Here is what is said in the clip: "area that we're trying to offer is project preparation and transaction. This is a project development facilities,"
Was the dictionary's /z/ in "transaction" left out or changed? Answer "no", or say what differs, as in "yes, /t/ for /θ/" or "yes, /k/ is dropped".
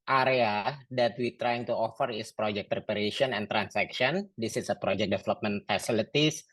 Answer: yes, /s/ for /z/